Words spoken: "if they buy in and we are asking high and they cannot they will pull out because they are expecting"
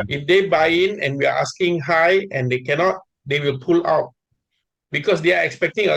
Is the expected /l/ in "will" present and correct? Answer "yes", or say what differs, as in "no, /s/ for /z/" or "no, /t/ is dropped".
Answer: yes